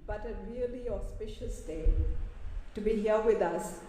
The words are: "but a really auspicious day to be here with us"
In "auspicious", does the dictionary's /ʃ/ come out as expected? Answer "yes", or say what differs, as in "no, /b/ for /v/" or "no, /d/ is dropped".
yes